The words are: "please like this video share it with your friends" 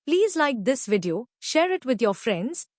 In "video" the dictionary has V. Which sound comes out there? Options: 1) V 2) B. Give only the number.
1